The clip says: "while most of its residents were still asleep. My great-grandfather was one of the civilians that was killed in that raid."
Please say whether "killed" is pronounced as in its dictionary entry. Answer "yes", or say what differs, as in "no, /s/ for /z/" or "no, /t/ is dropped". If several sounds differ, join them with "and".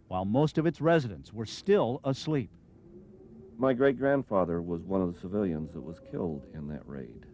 yes